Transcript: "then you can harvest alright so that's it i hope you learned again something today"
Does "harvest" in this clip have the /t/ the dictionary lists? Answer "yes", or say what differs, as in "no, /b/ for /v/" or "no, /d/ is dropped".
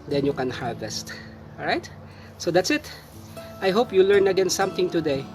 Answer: yes